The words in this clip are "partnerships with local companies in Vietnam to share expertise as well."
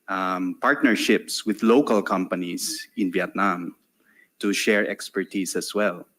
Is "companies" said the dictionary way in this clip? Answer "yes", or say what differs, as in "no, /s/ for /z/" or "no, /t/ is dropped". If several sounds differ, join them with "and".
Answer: no, /s/ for /z/